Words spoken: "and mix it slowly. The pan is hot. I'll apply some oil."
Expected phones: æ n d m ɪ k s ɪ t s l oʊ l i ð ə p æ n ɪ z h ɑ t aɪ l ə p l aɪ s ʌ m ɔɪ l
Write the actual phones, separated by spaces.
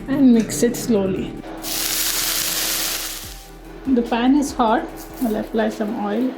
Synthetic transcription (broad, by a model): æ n d m ɪ k s ɪ t s l oʊ l i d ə p æ n ɪ z h ɑ t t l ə f l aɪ s ʌ m ɔɪ l